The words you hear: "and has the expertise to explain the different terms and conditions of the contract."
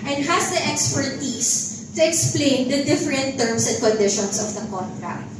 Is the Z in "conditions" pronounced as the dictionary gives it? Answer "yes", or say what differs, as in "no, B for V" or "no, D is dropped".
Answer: no, S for Z